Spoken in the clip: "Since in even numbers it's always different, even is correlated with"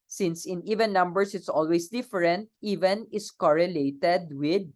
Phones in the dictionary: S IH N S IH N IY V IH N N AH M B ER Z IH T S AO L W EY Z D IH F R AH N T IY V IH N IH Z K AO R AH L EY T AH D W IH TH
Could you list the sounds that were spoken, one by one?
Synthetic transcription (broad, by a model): S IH N S IH N IY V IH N N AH M B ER S IH T S AO L W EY S D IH F R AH N T IY V IH N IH S K AO R AH L EY T AH D W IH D